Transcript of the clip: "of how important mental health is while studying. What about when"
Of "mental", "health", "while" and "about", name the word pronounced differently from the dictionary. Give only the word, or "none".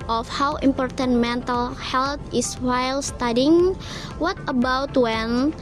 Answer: health